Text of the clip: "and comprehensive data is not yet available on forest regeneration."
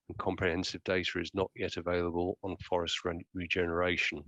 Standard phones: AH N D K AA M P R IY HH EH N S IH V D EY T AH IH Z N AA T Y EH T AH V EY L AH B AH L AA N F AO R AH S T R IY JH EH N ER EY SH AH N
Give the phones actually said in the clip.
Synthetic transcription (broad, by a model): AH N K AA M P R IY HH EH N S IH V D EY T AH IH Z N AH T Y EH T AH V EY L AH B AH L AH N F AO R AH S T R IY JH EH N ER EY SH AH N